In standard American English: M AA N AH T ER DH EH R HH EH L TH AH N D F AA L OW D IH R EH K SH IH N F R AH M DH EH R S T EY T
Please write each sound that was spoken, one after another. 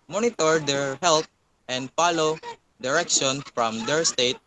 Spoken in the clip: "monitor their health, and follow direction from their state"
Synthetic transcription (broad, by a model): M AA N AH T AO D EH R HH EH L T AH N D F AA L OW D IH R EH K SH IH N F R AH M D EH R S T EY T